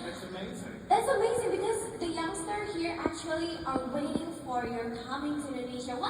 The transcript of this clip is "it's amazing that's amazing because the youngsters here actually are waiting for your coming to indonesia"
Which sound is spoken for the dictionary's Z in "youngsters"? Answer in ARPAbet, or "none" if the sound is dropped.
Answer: none